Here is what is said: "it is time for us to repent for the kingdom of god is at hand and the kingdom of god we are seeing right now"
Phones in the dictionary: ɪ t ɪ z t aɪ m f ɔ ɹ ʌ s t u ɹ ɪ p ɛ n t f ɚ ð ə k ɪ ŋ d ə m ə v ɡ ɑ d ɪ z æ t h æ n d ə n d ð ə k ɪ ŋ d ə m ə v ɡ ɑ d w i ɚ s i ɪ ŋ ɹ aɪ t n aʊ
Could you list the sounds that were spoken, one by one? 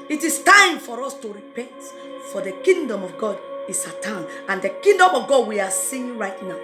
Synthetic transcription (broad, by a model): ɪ t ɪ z t aɪ m f ɔ ɹ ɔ s t u ɹ ɪ p ɛ n t f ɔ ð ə k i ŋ d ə m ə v ɡ ɑ d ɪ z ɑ t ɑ n ə n d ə k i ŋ d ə m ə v ɡ ɑ d w i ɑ s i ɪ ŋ ɹ aɪ t n aʊ